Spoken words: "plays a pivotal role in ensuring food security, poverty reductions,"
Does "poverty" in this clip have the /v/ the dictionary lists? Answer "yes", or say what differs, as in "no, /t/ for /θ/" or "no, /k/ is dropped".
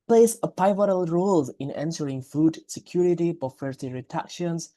no, /f/ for /v/